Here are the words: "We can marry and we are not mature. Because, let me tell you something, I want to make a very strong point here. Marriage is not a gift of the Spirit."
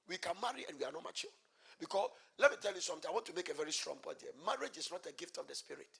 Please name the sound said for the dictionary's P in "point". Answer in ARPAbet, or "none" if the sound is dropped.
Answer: B